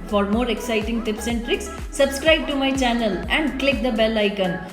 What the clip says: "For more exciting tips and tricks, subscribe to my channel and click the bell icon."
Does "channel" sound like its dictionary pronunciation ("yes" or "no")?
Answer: yes